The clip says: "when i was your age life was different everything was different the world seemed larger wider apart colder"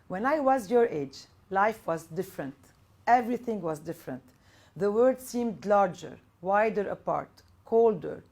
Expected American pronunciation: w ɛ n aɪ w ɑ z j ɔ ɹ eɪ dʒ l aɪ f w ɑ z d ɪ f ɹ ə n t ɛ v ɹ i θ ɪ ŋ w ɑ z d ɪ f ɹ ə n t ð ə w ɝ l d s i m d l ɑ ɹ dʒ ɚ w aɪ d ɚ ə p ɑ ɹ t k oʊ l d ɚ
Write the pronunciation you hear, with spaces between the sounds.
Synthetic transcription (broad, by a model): w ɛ n aɪ w ɑ z j ɔ ɹ eɪ dʒ l aɪ f w ɑ z d ɪ f ɹ ə n t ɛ v ɹ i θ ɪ ŋ w ɑ z d ɪ f ɹ ə n t ð ə w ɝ d s i m d l ɑ ɹ dʒ ɚ w aɪ d ɚ ə p ɑ ɹ t k oʊ l d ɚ